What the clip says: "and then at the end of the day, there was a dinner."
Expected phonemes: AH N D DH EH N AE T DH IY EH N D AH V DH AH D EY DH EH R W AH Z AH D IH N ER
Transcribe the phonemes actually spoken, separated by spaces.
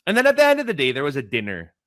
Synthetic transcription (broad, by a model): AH N DH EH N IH T DH IY EH N D AH V DH AH D EY DH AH R W AH Z AH D IH N ER